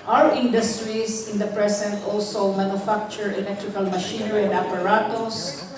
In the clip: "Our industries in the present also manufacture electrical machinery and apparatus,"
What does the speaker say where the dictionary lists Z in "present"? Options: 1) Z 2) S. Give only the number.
2